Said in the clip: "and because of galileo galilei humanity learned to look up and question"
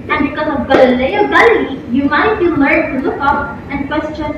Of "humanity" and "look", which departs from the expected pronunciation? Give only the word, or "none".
humanity